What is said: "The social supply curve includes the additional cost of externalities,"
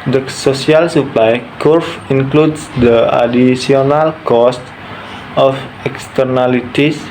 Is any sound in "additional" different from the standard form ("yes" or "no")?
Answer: yes